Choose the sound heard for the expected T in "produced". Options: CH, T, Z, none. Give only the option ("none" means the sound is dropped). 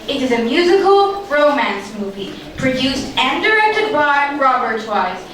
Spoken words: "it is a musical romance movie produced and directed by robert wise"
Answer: T